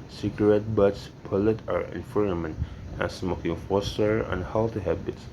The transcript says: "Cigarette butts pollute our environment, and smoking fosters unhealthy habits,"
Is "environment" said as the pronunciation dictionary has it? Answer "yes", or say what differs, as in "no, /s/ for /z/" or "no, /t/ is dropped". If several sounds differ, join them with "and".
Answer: no, /f/ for /v/